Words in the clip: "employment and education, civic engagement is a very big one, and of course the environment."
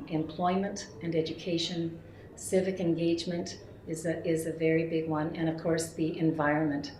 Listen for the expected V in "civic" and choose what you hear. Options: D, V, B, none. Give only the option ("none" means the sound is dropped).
V